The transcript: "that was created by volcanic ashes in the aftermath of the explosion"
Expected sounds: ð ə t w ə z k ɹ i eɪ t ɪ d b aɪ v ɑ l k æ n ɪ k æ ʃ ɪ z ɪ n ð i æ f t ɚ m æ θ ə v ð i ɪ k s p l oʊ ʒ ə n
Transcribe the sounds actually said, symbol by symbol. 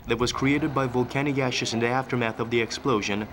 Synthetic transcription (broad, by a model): ð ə t w ə z k ɹ i eɪ t ɪ d b aɪ v ɑ l k æ n ɪ k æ ʃ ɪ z ɪ n ð i æ f t ɚ m æ θ ə v ð i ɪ k s p l oʊ ʒ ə n